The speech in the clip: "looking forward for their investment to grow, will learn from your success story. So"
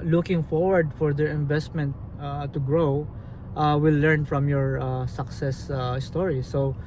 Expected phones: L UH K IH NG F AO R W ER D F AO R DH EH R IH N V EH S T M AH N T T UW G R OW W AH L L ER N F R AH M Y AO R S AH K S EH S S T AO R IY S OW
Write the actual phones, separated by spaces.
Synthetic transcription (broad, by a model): L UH K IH NG F AO R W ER D F AO R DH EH R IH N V EH S T M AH N T T UW G R OW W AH W L ER N F R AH M Y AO R S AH K S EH S S T AO R IY S OW